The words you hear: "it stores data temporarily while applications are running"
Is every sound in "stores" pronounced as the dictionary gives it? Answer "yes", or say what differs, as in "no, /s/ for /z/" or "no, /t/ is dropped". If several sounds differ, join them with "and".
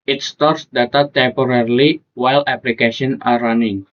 no, /s/ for /z/